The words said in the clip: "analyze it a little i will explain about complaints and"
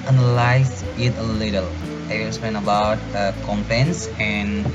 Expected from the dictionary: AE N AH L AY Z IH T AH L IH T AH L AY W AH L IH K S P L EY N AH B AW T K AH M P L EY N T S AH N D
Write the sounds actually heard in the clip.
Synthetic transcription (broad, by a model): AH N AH L AY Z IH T AH L IH T AH L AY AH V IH S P EY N AH B AW T K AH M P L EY N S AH N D